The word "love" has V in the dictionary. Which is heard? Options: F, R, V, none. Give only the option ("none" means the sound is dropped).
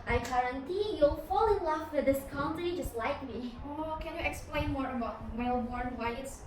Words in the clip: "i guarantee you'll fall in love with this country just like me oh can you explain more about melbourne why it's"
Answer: F